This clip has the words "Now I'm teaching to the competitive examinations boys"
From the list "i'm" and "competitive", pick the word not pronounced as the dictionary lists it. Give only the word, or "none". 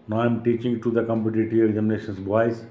competitive